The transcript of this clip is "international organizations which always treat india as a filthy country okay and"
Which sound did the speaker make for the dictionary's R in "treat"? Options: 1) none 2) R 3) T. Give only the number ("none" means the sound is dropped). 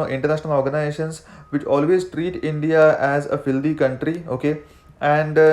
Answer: 2